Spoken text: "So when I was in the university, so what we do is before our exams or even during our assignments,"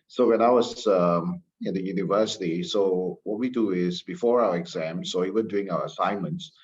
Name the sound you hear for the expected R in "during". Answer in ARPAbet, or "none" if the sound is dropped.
none